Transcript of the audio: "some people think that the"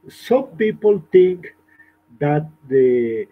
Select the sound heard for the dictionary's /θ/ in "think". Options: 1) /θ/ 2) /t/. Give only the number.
2